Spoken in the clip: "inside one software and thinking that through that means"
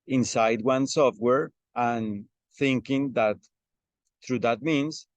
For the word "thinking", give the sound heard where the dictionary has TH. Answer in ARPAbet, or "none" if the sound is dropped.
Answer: TH